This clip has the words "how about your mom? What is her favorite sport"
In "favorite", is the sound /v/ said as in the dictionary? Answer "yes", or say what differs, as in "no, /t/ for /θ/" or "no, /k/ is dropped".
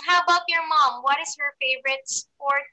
yes